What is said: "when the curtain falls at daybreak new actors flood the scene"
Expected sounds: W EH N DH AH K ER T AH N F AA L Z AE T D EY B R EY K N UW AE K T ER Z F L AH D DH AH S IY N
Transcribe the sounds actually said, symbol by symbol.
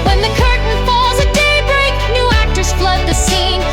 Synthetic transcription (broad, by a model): W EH N DH AH K ER T N F AA L Z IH D EY B R EY K N UW AE K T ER S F L AH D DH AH S IY N